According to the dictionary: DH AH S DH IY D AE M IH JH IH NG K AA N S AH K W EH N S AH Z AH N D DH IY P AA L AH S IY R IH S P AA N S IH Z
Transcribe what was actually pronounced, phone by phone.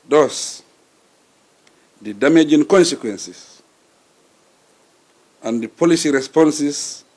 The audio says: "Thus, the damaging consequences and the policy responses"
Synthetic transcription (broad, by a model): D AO S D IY D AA M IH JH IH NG K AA N S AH K W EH N S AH S AH N D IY P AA L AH S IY R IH S P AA N S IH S